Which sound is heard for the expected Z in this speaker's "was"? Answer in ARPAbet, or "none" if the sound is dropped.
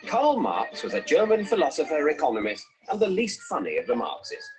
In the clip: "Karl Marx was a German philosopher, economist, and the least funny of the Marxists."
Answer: Z